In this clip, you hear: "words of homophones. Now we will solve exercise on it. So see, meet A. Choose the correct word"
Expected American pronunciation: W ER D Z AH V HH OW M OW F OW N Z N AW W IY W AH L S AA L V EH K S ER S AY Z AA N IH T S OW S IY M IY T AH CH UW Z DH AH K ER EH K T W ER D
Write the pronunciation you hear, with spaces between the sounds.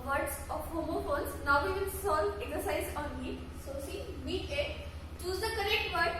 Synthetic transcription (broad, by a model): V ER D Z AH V HH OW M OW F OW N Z N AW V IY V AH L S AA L EH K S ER S AY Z AA N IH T S OW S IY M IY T AH CH UW Z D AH K ER EH K T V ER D